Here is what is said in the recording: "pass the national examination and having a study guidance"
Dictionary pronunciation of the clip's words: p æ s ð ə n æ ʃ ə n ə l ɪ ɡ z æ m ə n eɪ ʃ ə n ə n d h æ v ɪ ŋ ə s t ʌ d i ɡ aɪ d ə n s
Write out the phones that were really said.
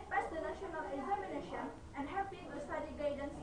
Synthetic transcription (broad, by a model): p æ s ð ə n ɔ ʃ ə n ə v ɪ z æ m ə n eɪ ʃ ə n ə n d h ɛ p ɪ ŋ ə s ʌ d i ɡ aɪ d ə n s